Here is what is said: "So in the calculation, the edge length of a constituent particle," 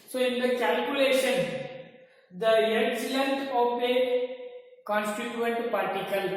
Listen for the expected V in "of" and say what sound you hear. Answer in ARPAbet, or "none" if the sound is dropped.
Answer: P